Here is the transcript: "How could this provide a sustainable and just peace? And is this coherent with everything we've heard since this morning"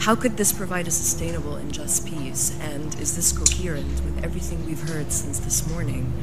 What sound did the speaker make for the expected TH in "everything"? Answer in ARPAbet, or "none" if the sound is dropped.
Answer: TH